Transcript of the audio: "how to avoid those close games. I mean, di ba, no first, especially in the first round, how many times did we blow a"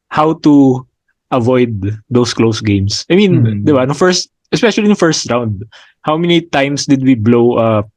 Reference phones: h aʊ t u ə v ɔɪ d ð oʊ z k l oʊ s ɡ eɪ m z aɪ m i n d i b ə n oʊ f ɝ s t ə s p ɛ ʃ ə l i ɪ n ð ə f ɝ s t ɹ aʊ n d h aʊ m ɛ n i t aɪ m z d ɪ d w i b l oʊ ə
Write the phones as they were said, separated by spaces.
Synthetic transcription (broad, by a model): h aʊ t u ə v ɔɪ d oʊ s k l oʊ s ɡ eɪ m s aɪ m i n d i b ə n oʊ f ɝ s t ə s p ɛ ʃ ə l i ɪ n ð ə f ɝ s t ɹ aʊ n d h aʊ m ɛ n i t aɪ m s d ɪ d w i b l oʊ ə